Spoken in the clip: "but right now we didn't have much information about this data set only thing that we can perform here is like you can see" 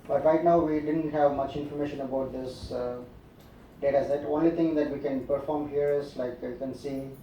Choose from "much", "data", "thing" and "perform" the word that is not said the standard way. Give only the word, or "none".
thing